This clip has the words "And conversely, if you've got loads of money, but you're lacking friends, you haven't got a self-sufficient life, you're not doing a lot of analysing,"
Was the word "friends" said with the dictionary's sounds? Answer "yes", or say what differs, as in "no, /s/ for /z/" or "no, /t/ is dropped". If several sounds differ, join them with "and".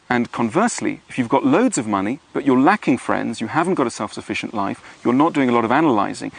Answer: yes